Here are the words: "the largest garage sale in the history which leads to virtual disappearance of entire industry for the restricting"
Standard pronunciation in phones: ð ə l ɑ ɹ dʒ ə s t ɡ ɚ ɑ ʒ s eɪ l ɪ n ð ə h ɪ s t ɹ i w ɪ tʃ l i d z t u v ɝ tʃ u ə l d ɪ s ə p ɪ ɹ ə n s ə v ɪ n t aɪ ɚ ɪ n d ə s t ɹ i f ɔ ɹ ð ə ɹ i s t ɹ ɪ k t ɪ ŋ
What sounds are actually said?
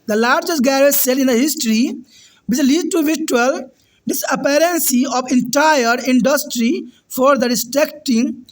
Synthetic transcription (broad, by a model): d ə l ɑ ɹ dʒ ə s t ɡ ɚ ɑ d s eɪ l ɪ n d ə h ɪ s t ɹ i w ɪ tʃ l i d t u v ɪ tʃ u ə l d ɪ s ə p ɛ ɹ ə n s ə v ɪ n t aɪ ɚ ɪ n d ə s t ɹ i f ɔ ɹ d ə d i s t ɹ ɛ k t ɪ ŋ